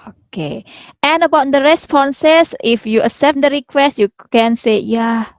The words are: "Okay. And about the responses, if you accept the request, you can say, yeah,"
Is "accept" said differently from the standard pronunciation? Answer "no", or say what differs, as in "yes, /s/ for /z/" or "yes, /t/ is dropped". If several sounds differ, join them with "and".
yes, /k/ is dropped